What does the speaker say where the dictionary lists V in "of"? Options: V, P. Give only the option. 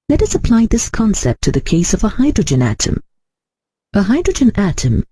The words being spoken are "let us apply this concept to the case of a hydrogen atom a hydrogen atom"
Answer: V